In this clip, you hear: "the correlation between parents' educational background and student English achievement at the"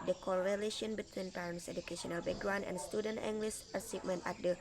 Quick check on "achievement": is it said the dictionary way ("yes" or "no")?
no